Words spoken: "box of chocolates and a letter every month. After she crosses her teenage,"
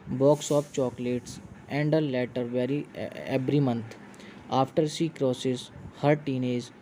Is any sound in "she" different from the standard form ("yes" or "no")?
yes